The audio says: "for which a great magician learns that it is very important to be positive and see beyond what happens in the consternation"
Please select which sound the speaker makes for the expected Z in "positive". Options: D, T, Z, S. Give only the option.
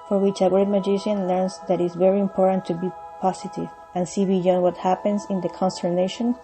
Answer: S